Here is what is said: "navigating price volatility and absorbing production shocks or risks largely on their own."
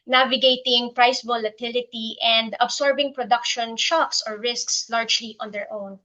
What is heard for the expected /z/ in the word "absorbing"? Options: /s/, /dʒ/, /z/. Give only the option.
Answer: /s/